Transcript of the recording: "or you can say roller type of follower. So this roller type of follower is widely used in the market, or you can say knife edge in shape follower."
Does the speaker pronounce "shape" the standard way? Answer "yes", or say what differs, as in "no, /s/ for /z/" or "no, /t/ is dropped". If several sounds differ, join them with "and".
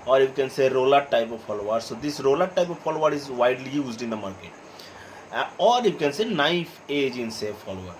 no, /s/ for /ʃ/